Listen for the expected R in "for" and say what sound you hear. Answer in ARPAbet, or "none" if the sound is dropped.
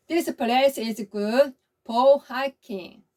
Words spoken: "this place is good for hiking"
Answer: L